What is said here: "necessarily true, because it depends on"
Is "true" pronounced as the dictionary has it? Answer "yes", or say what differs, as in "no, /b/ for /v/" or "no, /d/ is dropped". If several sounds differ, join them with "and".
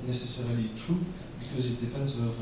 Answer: no, /ɹ/ is dropped